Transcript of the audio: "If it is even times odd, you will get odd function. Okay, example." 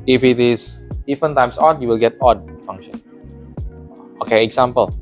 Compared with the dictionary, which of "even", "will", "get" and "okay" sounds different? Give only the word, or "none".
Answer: even